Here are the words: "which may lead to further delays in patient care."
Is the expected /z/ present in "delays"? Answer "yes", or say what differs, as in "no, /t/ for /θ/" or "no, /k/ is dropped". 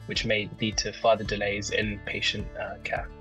yes